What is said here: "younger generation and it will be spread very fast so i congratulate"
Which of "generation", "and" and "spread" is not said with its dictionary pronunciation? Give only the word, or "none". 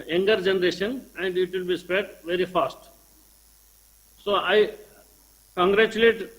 spread